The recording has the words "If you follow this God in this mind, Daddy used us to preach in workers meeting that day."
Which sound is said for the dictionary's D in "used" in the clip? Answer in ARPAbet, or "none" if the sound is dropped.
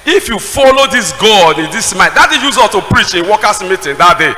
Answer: none